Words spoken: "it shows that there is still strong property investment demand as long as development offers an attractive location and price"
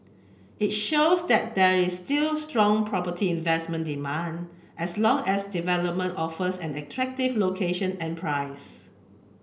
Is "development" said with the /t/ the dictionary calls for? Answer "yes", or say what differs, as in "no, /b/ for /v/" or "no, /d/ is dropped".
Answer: yes